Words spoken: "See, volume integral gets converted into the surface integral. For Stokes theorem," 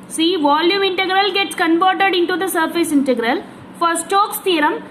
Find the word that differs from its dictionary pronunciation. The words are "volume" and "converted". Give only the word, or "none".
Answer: converted